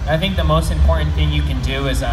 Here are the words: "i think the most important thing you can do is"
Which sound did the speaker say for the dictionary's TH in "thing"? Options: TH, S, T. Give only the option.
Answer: TH